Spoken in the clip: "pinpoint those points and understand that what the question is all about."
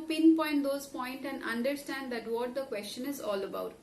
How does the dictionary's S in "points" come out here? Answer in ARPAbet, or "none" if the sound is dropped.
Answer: none